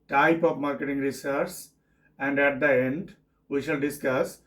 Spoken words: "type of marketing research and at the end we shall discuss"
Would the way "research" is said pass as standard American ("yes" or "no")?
no